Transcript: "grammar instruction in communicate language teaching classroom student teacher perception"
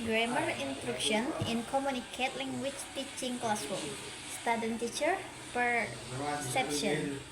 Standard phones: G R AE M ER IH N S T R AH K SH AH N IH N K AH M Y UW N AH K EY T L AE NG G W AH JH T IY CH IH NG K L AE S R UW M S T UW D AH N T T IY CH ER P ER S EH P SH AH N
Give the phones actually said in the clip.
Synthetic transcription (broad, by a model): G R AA M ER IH N S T R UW K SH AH N IH N K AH M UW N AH K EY T L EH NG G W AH CH T IY CH IH NG K L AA S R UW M S T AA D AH N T T IY CH ER P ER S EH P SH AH N